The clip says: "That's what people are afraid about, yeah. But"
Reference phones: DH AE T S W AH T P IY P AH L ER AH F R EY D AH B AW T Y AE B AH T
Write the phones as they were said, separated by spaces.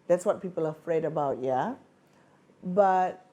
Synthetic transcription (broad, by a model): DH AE T S W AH T P IY P AH L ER AH F R EY D AH B AW T Y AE B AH T